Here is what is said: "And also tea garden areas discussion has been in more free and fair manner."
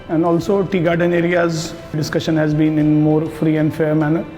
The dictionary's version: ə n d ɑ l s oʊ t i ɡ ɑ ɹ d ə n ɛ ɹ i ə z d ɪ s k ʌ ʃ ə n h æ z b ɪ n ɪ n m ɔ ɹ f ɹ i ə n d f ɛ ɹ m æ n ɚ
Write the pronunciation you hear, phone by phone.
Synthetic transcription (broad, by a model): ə n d ɑ l s oʊ t i ɡ ɑ ɹ d ə n ɛ ɹ i ə z d ɪ s k ʌ ʃ ə n h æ z b ɪ n ɪ n m ɔ ɹ f ɹ i ə n d f ɛ ɹ m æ n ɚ